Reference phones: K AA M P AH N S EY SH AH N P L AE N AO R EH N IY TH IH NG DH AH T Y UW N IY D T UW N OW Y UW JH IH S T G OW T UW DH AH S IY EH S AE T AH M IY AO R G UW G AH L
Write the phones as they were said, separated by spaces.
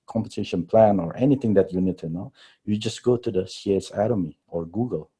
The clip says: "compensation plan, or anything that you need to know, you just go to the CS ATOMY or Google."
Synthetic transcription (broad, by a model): K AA M P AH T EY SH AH N P L AE N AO R EH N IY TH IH NG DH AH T Y UW N IY D T UW N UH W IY JH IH S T G OW T UW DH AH S IY EH S AE T AH M IY AO R G UW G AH L